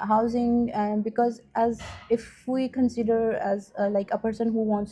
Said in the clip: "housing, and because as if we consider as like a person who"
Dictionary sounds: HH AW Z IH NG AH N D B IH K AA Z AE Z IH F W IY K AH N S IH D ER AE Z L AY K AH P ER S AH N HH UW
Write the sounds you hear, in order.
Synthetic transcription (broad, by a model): HH AW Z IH NG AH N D B IH K AA Z AE Z IH F W IY K AH N S IH D ER AE Z L AY K AH P ER S AH N HH UW